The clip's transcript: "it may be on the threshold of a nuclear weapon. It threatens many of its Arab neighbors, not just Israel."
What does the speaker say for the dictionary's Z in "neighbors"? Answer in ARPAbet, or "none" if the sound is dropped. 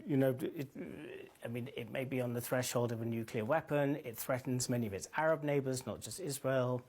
Z